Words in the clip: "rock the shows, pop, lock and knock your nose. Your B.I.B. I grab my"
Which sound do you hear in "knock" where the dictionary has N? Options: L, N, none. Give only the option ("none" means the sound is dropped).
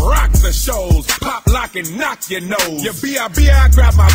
N